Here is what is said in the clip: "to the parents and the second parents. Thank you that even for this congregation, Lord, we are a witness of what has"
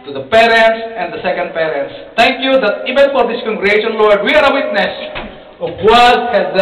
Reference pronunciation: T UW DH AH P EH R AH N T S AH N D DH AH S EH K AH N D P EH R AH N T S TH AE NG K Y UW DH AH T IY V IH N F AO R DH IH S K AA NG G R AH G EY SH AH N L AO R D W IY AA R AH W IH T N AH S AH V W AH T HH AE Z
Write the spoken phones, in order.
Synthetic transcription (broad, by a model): T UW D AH P EH R AH N T S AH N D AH S EH K AH N D P EH R AH N T S T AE NG K Y UW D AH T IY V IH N F AO R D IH S K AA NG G R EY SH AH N L AO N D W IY AA R AH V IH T N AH S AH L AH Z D